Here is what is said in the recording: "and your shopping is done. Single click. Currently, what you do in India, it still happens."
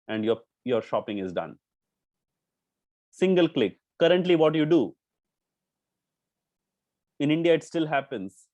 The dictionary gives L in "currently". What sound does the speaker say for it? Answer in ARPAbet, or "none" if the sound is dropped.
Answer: L